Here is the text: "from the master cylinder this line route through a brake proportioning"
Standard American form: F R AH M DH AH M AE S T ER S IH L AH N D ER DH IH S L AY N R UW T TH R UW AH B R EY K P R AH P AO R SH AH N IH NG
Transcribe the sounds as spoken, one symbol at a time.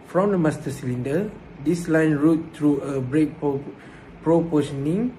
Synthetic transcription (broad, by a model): F R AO M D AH M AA S T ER S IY L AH N D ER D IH S L AY N R UW T T R UW AH B R EY K P R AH P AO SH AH N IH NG